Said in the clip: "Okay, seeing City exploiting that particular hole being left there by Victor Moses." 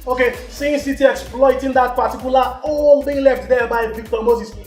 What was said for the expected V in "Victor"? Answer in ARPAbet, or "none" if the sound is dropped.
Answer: B